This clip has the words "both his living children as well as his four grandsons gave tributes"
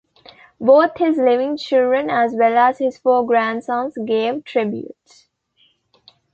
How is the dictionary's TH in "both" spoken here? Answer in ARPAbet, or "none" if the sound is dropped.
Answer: T